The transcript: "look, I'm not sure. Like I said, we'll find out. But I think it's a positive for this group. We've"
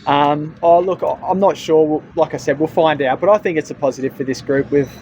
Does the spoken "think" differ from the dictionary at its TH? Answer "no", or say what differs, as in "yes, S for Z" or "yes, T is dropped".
no